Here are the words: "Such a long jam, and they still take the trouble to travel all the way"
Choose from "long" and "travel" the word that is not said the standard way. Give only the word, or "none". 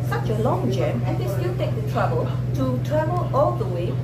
travel